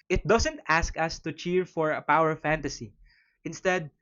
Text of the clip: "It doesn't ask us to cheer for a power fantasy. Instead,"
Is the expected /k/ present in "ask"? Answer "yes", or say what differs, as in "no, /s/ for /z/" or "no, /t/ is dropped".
yes